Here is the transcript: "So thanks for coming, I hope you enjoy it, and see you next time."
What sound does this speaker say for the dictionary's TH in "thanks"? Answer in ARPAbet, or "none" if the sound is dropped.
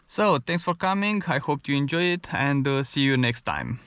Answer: T